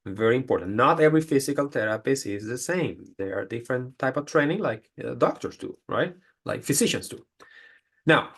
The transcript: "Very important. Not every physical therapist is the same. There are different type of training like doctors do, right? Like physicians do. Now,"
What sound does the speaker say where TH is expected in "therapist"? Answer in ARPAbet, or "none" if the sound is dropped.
T